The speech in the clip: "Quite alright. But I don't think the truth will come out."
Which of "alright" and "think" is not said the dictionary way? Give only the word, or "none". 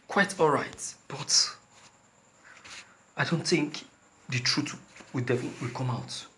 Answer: none